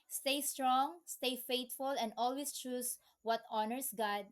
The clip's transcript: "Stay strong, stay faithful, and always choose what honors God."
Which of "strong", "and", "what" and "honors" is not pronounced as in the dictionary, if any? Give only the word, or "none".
honors